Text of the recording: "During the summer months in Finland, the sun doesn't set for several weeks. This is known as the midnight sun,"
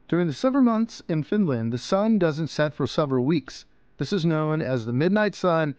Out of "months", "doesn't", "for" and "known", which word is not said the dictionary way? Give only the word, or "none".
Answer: none